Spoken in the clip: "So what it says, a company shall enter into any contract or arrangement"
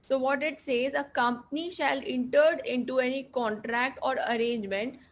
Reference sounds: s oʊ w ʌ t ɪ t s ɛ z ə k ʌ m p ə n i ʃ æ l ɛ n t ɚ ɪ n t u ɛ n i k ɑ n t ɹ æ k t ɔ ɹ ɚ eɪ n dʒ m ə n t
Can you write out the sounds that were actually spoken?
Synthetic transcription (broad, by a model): s oʊ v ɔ t ɪ t s ɛ z ə k ʌ m p ə n i ʃ æ l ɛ n t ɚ ɪ n t u ɛ n i k ɑ n t ɹ æ k t ɔ ɹ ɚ eɪ n dʒ m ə n t